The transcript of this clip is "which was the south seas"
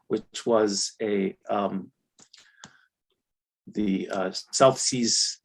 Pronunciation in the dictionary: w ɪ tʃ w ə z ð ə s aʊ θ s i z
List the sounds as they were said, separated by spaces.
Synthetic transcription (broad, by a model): w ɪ tʃ w ə z ð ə s aʊ θ s i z